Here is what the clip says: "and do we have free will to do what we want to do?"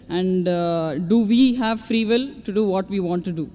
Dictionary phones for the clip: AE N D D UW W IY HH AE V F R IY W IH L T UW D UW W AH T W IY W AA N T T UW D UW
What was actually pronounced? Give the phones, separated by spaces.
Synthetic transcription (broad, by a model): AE N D D UW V IY HH AE V F R IY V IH L T UW D UW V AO T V IY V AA N T T UW D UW